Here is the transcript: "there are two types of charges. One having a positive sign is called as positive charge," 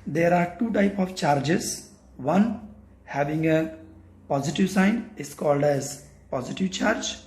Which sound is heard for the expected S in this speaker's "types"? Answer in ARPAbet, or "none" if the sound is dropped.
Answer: none